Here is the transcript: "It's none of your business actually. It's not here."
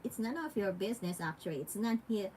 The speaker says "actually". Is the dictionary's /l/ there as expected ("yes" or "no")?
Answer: no